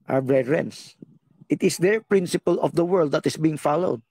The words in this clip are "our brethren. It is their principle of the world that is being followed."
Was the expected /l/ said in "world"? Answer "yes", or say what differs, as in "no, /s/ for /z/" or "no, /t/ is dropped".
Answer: yes